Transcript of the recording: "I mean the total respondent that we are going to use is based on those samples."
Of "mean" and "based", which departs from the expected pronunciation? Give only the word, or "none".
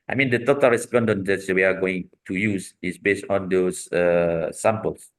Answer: none